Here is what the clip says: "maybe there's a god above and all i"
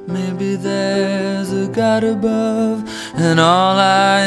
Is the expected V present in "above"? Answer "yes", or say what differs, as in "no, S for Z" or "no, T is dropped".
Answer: yes